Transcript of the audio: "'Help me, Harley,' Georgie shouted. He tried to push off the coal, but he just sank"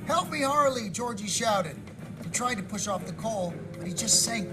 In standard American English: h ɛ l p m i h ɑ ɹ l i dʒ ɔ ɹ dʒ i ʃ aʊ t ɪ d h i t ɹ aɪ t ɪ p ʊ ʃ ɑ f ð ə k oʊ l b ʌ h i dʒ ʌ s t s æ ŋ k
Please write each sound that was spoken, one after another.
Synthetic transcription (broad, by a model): h ɛ l p m i h ɑ ɹ l i dʒ ɔ ɹ dʒ i ʃ aʊ t ɪ d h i t ɹ aɪ t ɪ p ʊ ʃ ɑ f ð ə k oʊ l b ʌ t i dʒ ʌ s t s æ ŋ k